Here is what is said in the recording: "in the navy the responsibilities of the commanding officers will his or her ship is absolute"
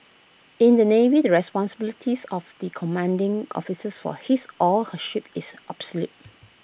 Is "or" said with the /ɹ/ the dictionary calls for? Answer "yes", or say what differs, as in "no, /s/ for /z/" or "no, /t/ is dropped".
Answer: no, /l/ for /ɹ/